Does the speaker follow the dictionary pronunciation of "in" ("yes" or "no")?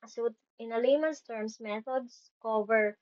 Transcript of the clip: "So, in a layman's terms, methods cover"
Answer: yes